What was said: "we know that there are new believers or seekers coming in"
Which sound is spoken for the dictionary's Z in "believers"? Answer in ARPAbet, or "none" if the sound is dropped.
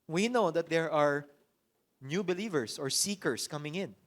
S